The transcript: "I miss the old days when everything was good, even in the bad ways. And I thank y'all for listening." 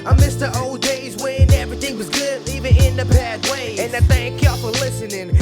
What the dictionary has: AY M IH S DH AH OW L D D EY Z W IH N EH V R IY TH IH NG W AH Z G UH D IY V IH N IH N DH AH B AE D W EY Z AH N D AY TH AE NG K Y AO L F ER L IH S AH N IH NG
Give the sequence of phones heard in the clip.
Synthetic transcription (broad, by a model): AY M IH S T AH OW L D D EY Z W IH N EH V R IY TH IH NG W AH Z G UH D IY V IH N IH N DH AH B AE D W EY AH N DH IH TH AE NG K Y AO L F ER L IH S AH N IH NG